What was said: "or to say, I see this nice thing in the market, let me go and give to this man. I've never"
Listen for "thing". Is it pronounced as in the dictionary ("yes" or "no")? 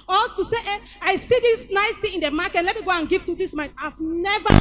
no